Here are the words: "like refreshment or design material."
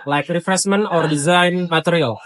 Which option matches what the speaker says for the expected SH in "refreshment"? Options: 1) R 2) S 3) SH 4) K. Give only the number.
2